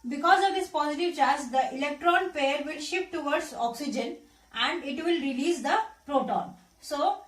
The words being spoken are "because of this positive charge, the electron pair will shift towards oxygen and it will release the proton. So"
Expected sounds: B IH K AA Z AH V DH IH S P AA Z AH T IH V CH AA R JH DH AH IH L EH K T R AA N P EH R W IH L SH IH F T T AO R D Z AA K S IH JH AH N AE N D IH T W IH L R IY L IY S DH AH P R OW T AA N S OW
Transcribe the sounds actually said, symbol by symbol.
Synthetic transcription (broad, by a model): B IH K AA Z AH V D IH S P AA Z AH T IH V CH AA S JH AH IH L EH K T R AA N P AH R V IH L SH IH P T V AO R D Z AA K S IH JH AH N AE N D IH T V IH L R IY L IY S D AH P R OW T AA N S OW